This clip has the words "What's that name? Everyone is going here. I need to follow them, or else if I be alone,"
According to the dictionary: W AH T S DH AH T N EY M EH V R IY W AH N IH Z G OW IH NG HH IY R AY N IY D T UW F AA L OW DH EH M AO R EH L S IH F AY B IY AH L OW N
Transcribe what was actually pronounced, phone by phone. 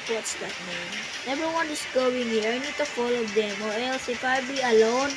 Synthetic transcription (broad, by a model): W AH T S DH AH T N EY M EH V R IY W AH N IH S G OW IH NG HH IY R AY N IY D T UW F AA L OW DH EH M AO R EH L S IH P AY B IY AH L OW N